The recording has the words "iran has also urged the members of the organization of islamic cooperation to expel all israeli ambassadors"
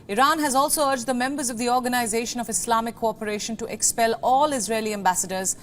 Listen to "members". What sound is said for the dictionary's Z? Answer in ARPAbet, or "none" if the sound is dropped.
Z